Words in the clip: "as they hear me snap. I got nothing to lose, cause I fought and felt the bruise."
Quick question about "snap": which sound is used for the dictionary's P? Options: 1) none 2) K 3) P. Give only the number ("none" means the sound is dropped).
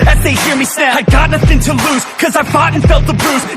1